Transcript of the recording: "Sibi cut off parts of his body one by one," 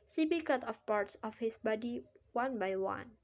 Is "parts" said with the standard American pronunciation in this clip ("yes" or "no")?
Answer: yes